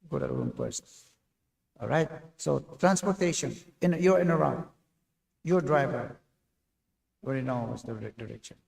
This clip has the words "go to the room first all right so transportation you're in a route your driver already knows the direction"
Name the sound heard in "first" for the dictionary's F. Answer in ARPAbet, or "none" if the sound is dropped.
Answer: P